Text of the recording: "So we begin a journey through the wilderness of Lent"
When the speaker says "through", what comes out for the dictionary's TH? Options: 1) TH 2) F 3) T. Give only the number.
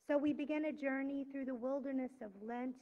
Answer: 1